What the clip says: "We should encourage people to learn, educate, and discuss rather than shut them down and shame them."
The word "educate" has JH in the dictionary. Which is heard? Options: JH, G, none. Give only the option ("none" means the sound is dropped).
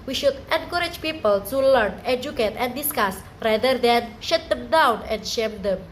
JH